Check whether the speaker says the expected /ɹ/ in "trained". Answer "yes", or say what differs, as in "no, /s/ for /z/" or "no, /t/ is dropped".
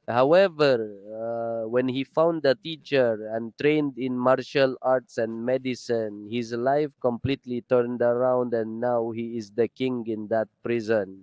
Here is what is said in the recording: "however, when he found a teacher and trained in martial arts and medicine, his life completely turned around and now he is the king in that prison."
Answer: yes